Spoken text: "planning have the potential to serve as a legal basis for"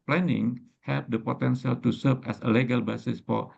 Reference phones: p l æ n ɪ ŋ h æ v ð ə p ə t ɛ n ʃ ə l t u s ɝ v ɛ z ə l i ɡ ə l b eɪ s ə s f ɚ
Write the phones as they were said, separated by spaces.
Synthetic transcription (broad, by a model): p l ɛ n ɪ ŋ h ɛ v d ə p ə t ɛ n s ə l t u s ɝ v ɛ s ə l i ɡ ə l b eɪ s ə s f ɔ